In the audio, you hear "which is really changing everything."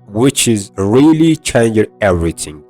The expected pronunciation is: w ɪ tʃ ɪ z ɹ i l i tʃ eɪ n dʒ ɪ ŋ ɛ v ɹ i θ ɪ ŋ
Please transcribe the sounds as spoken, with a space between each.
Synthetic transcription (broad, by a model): w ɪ tʃ ɪ z ɹ i l i tʃ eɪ n dʒ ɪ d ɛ v ɹ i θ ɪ ŋ